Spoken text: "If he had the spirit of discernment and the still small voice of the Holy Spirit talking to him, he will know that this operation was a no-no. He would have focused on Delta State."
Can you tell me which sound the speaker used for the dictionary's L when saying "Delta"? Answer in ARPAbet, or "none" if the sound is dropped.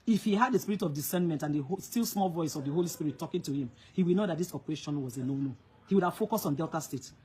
L